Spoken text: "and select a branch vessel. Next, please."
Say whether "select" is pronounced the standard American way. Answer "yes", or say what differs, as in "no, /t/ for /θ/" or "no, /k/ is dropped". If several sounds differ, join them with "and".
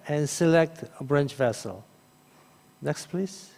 yes